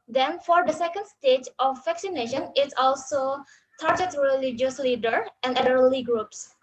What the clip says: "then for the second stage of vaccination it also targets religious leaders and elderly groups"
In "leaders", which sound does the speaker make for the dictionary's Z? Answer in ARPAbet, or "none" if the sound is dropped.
none